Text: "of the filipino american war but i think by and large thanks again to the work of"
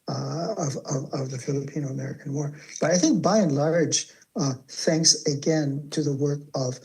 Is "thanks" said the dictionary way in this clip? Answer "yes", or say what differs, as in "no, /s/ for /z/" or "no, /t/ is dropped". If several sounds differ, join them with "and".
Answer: yes